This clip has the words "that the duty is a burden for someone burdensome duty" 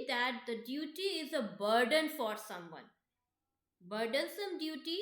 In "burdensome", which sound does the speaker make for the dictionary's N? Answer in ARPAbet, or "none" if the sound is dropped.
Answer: N